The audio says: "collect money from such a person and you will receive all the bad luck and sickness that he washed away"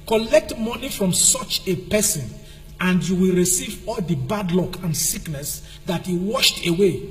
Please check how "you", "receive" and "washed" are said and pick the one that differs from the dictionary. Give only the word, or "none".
none